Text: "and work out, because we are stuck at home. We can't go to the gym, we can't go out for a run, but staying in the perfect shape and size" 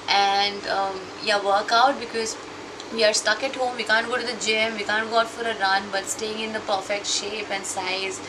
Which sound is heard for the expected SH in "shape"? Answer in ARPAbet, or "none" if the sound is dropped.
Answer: SH